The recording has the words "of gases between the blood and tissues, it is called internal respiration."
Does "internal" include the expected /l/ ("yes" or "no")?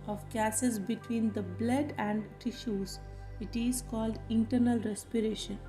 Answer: yes